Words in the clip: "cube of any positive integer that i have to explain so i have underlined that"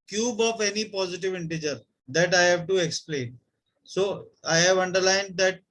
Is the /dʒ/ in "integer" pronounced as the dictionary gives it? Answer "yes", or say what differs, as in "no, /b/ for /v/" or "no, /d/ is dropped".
yes